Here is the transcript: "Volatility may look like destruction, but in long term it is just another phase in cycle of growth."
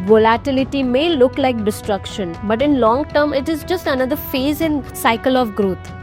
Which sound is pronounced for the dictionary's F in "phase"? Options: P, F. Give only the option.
F